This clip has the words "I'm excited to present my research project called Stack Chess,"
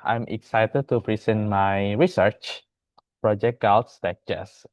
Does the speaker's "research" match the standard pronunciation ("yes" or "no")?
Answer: yes